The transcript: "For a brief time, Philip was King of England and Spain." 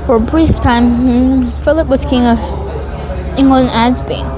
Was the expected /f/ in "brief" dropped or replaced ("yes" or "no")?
no